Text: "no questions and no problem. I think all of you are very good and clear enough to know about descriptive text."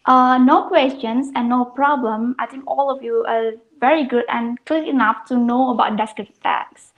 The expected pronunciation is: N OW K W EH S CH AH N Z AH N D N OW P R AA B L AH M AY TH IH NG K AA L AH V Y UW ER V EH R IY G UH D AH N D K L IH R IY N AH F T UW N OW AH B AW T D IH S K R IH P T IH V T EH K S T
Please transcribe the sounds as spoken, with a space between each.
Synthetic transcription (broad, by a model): N OW K W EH S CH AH N S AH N N OW P R AA B L AH M AY T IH NG K AA L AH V Y UW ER V EH R IY G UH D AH N K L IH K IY N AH F T UW N OW AH B AW T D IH S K R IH T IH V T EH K S